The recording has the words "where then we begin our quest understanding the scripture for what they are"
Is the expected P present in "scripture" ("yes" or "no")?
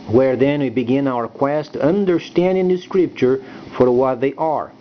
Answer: yes